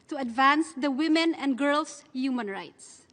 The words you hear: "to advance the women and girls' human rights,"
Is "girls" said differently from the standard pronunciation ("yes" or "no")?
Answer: yes